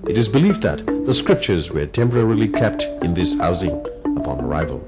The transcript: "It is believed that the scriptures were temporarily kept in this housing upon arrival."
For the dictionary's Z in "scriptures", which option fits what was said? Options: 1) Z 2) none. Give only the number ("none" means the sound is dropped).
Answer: 1